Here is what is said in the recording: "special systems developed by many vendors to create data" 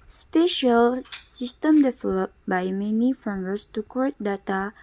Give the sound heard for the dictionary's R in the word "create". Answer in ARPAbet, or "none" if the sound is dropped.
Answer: none